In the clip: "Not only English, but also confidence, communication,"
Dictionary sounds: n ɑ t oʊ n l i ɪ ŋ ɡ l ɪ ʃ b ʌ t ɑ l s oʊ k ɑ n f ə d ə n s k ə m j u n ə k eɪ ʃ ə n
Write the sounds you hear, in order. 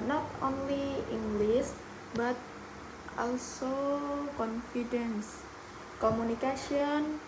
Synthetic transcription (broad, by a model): n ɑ t oʊ n l i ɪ ŋ ɡ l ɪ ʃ b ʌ t ɑ l s oʊ k ɑ n f ə d ə n s k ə m u n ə k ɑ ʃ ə n